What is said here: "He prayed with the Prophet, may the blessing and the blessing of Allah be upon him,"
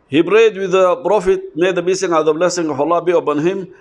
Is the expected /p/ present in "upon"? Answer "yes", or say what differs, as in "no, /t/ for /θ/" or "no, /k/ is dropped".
no, /b/ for /p/